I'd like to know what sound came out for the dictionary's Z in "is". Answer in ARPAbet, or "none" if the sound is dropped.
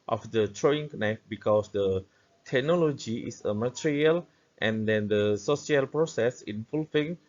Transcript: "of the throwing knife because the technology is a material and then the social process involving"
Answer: S